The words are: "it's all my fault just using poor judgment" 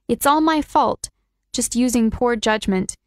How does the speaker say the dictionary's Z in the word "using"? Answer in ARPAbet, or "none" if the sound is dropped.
Z